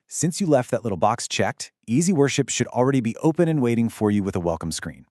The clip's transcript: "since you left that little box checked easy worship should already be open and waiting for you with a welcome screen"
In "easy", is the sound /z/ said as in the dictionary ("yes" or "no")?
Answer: yes